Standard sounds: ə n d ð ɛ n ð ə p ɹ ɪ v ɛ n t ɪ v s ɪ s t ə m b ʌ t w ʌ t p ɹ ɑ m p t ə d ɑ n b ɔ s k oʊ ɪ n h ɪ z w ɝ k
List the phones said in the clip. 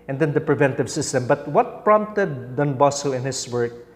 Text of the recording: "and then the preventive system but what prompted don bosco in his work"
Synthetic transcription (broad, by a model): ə n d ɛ n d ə p ɹ ɪ v ɛ n t ɪ v s ɪ s t ə m b ʌ t w ʌ t p ɹ ɑ m p t ə d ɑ n b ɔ s oʊ ɪ n h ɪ s w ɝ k